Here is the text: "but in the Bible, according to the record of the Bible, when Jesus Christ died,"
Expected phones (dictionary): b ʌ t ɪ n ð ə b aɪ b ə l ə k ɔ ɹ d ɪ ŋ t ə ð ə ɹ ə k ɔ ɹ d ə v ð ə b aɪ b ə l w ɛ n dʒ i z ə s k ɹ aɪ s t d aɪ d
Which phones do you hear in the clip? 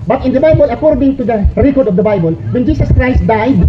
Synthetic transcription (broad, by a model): b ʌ t ɪ n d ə b aɪ b ə l ə k ɔ ɹ d ɪ ŋ t ə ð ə ɹ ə k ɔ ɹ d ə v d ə b aɪ b ə l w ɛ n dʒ i s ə s k ɹ aɪ s t d aɪ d